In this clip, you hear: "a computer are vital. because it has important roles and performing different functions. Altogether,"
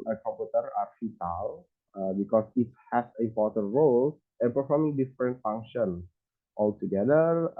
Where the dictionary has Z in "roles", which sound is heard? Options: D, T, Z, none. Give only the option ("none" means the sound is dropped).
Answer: none